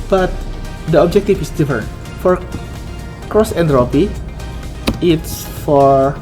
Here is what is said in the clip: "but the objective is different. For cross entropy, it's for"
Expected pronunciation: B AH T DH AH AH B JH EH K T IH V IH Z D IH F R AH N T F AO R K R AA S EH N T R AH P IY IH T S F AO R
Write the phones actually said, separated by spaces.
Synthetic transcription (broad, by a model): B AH T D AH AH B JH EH K T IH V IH S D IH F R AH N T F AO R K R AA S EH N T R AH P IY IH T S F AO R